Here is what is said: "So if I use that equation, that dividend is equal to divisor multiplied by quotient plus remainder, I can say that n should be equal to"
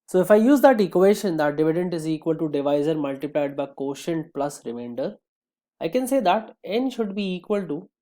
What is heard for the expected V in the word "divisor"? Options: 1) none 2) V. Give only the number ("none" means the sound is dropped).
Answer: 2